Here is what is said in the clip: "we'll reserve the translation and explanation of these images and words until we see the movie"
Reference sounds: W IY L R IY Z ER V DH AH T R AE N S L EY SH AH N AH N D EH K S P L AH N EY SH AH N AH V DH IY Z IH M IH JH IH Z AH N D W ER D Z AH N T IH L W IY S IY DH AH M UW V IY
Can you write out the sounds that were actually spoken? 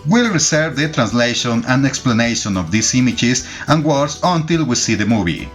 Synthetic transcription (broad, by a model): W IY L R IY S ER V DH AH T R AE N S L EY SH AH N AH N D EH K S P L AH N EY SH AH N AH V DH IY S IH M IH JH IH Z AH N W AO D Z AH N T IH L W IY S IY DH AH M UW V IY